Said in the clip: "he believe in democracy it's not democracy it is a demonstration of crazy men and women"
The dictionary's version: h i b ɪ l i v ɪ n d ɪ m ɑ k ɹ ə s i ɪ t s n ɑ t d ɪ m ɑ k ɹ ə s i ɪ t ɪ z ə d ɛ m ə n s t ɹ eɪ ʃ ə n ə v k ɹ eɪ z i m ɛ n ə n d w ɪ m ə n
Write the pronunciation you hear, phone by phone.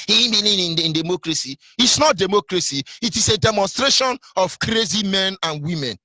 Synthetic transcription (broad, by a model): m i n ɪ n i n ɪ n d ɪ m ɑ k ɹ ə s i ɪ t s n ɑ t d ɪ m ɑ k ɹ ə s i ɪ t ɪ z ə d ɛ m ə n s t ɹ eɪ ʃ ə n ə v k ɹ eɪ z i m ɛ n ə n w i m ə n